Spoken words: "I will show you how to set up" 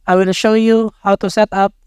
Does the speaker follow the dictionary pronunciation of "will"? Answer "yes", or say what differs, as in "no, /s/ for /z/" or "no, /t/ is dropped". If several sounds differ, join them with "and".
no, /n/ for /l/